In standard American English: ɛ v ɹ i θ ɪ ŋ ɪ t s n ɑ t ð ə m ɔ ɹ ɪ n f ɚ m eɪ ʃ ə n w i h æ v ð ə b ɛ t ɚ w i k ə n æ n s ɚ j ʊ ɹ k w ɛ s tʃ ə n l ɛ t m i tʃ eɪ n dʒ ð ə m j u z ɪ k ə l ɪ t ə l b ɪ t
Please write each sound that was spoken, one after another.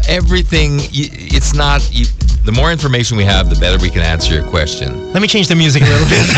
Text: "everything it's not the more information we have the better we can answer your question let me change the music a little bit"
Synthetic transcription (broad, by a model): ɛ v ɹ i θ ɪ ŋ ɪ t s n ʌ t ð ə m ɔ ɹ ɪ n f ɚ m eɪ ʃ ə n w i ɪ v ð ə b ɛ t ɚ w i k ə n æ n s ɚ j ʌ ɹ k w ɛ s tʃ ə n l ɛ t m i tʃ eɪ n dʒ ð ə m j u z ɪ k ə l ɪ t l b ɪ t